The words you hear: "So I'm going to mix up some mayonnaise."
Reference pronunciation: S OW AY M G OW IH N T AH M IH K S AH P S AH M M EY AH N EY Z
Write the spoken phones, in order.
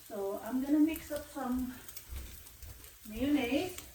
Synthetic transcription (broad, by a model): S OW AY M G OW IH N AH M IH K S AH P S AH M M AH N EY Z